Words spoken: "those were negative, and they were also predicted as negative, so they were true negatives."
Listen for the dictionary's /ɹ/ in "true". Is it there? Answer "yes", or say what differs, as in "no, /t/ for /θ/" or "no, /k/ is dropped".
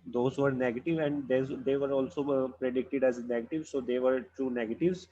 no, /ɹ/ is dropped